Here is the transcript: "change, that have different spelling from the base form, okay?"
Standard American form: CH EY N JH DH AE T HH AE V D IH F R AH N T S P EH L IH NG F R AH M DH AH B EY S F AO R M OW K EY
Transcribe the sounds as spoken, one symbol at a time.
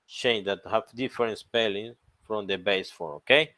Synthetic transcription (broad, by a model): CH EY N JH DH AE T HH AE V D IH F R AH N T S P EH L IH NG F R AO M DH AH B EY S F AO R OW K EY